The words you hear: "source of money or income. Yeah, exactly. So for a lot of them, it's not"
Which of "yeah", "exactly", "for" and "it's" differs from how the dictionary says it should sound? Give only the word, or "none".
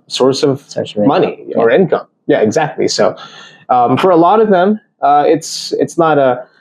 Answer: none